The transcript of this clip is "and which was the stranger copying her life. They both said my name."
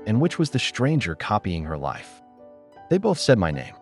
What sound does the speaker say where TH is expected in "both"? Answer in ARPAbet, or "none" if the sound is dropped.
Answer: TH